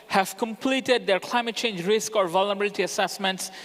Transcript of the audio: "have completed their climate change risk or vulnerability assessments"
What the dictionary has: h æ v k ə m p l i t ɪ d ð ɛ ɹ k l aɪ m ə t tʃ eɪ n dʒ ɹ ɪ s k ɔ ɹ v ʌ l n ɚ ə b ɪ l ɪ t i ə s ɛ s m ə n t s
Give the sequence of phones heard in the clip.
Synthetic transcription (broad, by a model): h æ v k ə m p l i t ɪ d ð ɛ ɹ k l aɪ m ə t tʃ eɪ n dʒ ɹ ɪ s k ɔ ɹ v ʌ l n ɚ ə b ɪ l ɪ t i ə s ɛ s m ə n t s